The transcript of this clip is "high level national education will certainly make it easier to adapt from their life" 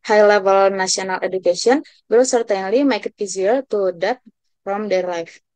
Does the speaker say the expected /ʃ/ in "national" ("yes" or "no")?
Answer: no